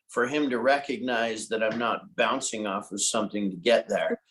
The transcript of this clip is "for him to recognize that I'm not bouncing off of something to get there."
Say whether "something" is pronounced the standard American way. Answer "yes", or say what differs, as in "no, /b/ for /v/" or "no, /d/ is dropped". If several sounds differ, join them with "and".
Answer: yes